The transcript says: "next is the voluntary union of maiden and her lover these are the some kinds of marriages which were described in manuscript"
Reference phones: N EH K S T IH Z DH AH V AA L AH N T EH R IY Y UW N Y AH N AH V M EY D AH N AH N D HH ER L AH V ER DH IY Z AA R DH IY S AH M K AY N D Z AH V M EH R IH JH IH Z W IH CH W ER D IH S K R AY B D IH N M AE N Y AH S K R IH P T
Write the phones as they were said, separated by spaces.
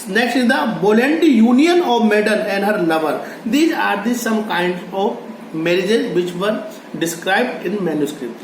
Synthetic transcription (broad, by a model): N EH K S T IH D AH B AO L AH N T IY Y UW N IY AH N AH V M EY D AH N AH N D HH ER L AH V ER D IY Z AA R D IY S AH M K AY N D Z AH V M EH R IH JH IH Z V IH CH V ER D IH S K R AY B D IH N M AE N Y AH S K R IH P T